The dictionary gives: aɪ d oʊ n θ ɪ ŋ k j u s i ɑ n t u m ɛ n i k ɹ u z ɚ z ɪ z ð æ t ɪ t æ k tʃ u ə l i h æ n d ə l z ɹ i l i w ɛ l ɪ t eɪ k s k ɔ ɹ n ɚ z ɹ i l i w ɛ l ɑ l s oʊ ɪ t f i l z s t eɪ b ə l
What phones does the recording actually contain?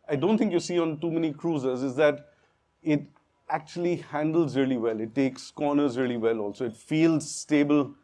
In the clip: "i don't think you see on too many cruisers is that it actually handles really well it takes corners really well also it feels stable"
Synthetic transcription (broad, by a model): aɪ d oʊ n t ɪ ŋ k j u s i ɑ n t u m ɛ n i k ɹ u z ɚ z ɪ z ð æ t ɪ t æ k tʃ u ə l i h æ n d ə l z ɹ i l i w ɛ l ɪ t eɪ k s k ɔ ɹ n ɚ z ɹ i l i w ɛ l ɑ l s oʊ ɪ t f i l z s t eɪ b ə l